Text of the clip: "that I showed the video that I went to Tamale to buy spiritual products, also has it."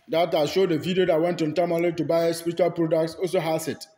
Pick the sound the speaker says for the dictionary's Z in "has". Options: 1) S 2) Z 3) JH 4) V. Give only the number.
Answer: 1